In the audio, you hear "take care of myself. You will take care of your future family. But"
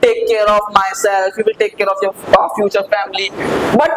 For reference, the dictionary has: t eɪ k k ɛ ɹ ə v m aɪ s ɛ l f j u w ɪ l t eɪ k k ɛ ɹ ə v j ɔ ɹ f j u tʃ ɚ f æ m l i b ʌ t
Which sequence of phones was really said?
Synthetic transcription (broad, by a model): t eɪ k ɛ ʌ ɹ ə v m aɪ s ɛ l f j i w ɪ l t eɪ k k ɛ ɹ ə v j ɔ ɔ f j u tʃ ɚ f æ m l i b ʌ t